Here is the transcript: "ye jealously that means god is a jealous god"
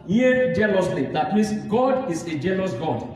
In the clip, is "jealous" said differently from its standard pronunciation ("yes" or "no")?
yes